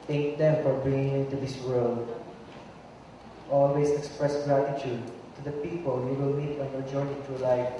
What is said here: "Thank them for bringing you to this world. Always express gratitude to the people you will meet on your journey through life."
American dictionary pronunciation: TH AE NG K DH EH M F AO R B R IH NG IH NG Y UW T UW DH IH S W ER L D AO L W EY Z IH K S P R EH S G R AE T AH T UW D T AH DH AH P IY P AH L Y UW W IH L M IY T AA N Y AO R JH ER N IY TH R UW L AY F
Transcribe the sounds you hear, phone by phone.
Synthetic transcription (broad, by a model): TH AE NG K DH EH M F AO R B R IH NG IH NG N T UW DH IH S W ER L D AO L W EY S IH K S P R EH S G R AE T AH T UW D T AH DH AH P IY P AH L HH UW W IH L M IY T AA N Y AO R JH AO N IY T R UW L AY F